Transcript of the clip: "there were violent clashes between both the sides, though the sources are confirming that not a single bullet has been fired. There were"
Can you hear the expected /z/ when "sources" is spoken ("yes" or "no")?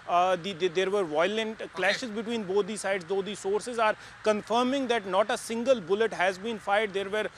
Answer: yes